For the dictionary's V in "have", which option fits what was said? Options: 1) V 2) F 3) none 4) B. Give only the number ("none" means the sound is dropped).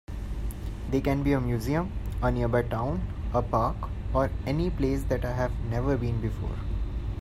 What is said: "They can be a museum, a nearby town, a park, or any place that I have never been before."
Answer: 1